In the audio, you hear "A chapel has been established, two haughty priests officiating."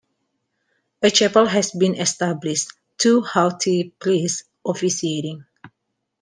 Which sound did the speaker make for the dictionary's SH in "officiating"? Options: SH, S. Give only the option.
S